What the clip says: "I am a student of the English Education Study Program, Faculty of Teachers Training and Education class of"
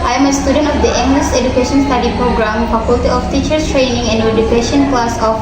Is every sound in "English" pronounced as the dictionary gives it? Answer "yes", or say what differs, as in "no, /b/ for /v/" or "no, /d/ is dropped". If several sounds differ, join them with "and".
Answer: no, /s/ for /ʃ/